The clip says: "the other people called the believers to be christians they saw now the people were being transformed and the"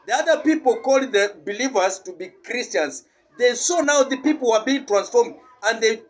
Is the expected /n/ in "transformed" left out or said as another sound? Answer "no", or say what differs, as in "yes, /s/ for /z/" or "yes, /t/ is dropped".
no